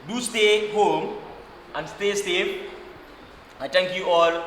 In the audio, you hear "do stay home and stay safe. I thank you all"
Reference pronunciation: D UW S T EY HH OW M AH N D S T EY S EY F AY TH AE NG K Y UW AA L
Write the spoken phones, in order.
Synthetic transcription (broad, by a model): D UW S T EY HH OW M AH N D S T EY S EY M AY T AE NG K Y UW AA L